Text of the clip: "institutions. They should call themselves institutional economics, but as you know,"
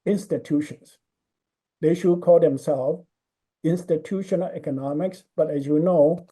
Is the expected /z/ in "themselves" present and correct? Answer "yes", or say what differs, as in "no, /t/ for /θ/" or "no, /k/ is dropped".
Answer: no, /z/ is dropped